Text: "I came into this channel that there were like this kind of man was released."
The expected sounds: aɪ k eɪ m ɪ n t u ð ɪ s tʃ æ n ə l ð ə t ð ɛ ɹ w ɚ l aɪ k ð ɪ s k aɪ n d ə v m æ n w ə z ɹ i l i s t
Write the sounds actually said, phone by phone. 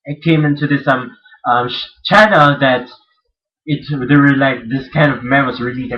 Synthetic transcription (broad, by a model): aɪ k eɪ m ɪ n t u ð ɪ s tʃ æ n ə l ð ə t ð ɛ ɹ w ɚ l aɪ k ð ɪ s k aɪ n d ə v m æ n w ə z ɹ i l i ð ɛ